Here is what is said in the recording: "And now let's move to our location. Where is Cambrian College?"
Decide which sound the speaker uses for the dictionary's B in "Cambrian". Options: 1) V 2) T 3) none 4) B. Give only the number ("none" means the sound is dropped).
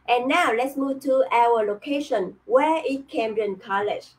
3